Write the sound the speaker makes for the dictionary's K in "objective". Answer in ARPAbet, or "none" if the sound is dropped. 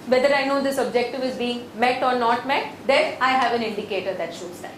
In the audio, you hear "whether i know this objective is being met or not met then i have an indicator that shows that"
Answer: K